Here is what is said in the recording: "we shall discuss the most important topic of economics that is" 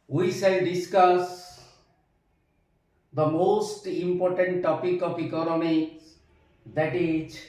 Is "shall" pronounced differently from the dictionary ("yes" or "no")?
yes